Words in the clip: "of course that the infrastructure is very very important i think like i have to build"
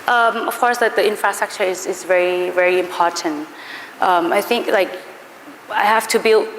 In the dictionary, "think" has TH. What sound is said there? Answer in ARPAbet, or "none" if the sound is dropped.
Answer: TH